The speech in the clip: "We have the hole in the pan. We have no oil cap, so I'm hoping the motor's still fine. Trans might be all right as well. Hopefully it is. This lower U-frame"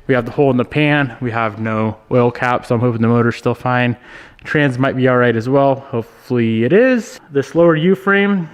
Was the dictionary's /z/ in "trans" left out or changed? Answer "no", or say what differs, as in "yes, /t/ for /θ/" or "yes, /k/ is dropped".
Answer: no